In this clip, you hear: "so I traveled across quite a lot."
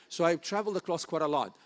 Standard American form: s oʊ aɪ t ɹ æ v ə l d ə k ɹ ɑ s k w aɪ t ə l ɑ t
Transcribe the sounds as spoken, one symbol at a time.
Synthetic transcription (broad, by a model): s oʊ aɪ t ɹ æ v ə l d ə k l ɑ s k w aɪ t ə l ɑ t